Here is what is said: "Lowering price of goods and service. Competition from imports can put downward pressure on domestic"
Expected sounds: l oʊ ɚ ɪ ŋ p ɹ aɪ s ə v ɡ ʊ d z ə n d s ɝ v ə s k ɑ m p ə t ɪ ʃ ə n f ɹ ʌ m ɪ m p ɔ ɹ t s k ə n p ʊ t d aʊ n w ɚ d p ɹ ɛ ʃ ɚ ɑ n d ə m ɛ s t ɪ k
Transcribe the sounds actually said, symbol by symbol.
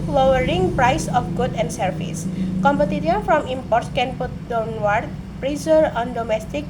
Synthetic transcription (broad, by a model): l oʊ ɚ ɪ ŋ p ɹ aɪ s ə f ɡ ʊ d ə n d s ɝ f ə s k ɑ m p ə t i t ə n f ɹ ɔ m ɪ m p ɔ ɹ t s k ə n p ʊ t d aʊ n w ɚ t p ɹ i s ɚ ɑ n d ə m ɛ s t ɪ k